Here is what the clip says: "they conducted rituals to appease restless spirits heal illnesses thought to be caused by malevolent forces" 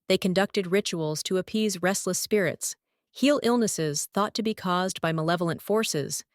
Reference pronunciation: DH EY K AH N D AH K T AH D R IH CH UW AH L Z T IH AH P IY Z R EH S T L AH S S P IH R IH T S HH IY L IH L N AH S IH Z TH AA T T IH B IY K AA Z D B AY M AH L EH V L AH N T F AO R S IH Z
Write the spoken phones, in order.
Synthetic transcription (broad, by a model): DH EY K AH N D AH K T AH D R IH CH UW L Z T IH AH P IY Z R EH S T L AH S S P IH R IH T S HH IY L IH L N AH S IH Z TH AA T T IH B IY K AA Z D B AY M AH L EH V L AH N T F AO R S IH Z